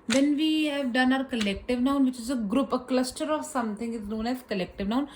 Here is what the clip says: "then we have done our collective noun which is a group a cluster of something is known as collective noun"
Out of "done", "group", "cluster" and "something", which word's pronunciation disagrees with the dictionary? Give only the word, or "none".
something